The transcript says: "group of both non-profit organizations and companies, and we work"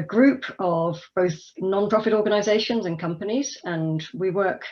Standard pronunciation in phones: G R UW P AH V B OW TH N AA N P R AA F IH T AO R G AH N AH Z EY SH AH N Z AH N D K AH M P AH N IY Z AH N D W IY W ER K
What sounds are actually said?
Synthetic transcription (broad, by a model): G R UW P AH V B OW TH N AA N P R AA F IH T AO G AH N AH Z EY SH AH N Z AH N K AH M P AH N IY Z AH N W IY W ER K